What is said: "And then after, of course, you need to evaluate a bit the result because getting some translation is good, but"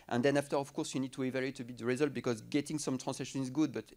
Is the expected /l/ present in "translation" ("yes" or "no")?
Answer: no